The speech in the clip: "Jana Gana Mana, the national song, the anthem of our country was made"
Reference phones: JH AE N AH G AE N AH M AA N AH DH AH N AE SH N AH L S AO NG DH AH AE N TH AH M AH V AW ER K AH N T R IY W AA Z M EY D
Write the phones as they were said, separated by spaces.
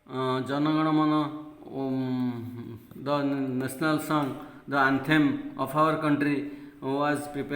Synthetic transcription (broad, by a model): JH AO N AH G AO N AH M AA N AH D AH N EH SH N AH L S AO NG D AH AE N T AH M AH P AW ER K AH N T R IY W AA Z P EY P